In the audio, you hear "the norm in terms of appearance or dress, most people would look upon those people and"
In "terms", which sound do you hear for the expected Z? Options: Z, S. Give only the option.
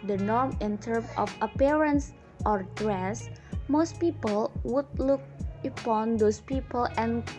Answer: S